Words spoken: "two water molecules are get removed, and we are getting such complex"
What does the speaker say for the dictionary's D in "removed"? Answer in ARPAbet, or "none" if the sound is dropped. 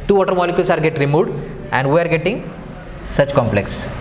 D